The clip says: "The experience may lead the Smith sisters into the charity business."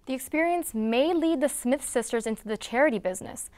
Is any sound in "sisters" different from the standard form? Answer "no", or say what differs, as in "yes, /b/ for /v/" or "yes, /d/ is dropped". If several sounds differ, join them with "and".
no